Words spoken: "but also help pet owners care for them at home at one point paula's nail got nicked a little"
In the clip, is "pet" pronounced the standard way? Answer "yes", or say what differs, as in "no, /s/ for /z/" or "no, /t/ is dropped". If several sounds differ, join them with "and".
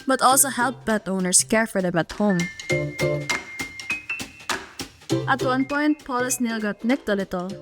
no, /b/ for /p/